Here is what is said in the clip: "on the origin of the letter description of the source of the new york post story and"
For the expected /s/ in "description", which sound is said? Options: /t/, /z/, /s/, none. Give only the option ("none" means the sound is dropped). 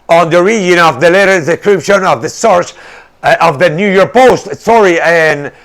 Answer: none